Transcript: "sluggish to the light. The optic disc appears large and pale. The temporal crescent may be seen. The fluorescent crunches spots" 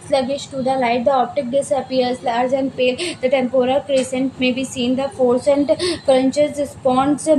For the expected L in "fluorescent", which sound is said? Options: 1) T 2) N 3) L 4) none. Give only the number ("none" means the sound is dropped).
4